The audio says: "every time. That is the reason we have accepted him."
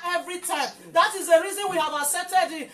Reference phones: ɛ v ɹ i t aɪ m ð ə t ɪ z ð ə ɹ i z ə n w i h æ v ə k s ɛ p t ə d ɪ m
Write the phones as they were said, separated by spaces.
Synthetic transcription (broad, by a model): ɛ v ɹ i t aɪ m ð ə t ɪ z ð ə ɹ i z ə n w i h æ v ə s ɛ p t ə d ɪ